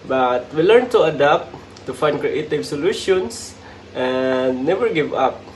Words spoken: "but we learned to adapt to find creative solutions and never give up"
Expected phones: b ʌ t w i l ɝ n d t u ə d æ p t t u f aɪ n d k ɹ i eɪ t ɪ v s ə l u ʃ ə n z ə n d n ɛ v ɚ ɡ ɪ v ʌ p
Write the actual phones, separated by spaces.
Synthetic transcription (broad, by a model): b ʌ t w i l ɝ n t u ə d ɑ p t t u f aɪ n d k ɹ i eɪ t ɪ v s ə l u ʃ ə n s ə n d n ɛ v ɚ ɡ ɪ v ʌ p